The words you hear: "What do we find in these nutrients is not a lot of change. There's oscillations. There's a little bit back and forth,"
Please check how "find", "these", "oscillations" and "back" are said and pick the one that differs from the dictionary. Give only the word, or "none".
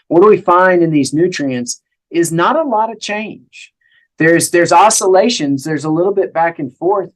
none